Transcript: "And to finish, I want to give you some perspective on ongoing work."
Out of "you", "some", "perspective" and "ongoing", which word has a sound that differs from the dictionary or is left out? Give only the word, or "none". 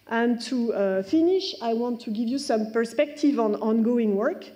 none